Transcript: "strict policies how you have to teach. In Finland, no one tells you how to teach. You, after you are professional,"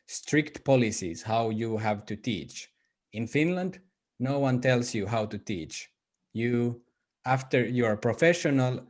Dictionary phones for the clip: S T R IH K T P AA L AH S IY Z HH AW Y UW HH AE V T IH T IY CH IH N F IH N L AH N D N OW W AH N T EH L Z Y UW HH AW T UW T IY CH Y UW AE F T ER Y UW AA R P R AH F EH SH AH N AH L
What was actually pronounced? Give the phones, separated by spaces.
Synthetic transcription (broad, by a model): S T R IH K T P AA L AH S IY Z HH AW Y UW HH AE V T IH T IY CH IH N F IH N L AH N D N OW W AH N T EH L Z Y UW HH AW T UW T IY CH Y UW AE F T ER Y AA R P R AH F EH SH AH N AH L